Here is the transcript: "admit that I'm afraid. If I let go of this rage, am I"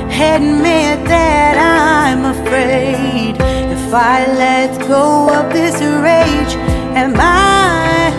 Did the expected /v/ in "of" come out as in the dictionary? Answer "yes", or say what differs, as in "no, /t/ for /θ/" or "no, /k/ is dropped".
no, /p/ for /v/